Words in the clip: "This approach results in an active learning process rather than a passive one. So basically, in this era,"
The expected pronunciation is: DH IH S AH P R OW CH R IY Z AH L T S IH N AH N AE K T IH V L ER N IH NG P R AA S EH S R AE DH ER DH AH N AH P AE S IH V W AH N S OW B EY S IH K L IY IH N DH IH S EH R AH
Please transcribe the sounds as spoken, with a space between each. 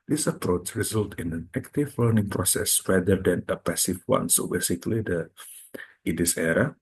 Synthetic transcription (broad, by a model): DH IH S AH P R OW CH R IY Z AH L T IH N AH N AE K T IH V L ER N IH NG P R AA S EH S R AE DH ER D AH N AH P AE S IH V W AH N S OW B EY S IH K L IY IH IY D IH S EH R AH